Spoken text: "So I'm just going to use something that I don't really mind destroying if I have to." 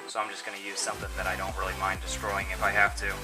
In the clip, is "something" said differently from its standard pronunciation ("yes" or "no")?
no